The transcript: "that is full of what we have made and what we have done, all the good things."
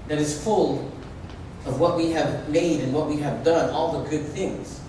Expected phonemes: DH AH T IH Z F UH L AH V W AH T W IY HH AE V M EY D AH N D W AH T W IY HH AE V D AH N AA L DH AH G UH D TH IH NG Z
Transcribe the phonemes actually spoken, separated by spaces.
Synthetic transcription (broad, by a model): DH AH T IH Z F UH L AH V W AH T W IY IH V M EY D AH N W AH T W IY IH V D AH N AA L DH AH G UH D TH IH NG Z